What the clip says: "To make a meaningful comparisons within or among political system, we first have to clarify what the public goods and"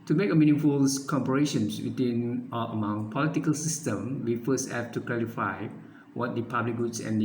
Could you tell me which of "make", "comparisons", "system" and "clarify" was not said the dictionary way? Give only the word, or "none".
comparisons